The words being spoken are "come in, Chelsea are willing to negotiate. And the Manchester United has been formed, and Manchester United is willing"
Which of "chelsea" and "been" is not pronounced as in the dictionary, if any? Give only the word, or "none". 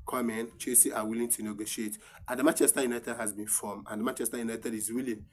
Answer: chelsea